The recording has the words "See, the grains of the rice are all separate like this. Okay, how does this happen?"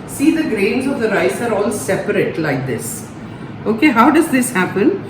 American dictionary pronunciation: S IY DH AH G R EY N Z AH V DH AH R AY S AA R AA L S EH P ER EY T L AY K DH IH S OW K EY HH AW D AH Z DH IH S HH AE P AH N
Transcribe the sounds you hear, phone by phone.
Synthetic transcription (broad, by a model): S IY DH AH G R EY N Z AH V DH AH R AY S AA R AA L S EH P ER EY T L AY K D IH S OW K EY HH AW D AH Z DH IH S HH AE P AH N